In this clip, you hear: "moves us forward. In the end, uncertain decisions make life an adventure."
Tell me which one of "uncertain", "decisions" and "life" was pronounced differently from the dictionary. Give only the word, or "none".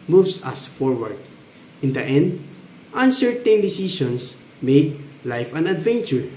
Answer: decisions